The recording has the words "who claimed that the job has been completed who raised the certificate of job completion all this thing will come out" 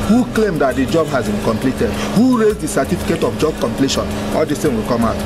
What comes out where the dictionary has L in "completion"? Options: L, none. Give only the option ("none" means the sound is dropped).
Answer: L